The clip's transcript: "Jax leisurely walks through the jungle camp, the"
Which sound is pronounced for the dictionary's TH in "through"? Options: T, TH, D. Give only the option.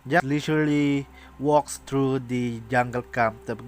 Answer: T